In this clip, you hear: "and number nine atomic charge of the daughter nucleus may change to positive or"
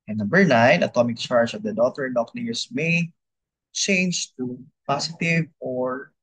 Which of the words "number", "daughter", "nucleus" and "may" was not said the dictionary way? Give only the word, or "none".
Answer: nucleus